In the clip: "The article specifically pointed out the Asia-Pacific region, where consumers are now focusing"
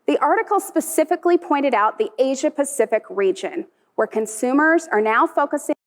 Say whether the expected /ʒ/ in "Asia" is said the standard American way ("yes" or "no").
yes